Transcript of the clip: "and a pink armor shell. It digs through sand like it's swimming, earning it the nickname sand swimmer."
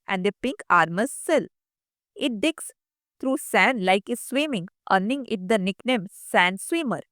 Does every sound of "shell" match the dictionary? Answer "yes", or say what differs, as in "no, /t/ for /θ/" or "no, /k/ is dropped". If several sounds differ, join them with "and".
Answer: no, /s/ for /ʃ/